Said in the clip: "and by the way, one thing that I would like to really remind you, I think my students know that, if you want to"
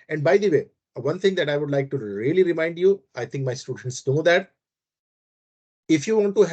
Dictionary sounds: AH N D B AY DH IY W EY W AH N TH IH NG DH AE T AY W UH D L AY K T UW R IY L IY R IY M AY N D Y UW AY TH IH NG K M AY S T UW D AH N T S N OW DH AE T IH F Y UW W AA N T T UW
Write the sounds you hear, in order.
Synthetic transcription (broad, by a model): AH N D B AY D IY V EY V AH N T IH NG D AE T AY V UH D L AY K T UW R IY L IY R IY M AY N D Y UW AY T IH NG K M AY S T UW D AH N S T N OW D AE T IH F Y UW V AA N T T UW